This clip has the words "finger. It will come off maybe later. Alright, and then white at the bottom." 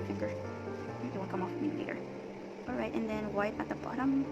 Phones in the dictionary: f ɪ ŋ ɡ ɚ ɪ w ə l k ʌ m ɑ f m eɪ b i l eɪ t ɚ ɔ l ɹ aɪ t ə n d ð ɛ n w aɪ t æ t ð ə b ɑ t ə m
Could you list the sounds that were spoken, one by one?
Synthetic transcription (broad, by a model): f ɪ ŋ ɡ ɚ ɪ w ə n k ʌ m ɑ f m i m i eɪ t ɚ ɔ l ɹ aɪ t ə n ð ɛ n w aɪ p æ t ð ə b ɑ t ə m